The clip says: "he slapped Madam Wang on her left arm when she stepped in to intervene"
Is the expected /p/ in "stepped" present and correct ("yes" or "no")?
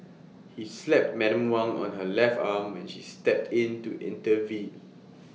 yes